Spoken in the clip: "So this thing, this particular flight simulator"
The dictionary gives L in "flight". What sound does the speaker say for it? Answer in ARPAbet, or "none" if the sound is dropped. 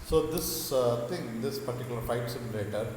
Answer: none